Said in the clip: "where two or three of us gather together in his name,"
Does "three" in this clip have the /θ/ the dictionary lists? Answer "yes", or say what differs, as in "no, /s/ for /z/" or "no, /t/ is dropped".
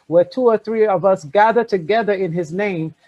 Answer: yes